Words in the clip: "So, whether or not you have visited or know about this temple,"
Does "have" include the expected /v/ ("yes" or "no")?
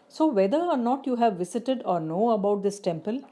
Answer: yes